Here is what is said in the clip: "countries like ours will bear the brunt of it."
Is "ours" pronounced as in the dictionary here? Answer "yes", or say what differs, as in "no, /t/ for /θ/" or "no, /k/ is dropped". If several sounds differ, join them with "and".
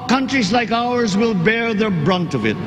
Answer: yes